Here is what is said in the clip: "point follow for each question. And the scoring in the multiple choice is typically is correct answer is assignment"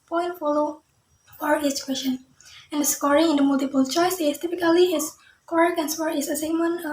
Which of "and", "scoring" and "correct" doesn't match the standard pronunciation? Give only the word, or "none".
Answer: correct